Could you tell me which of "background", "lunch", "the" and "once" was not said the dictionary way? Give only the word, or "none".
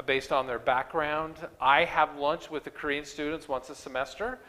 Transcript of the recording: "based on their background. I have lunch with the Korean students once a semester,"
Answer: none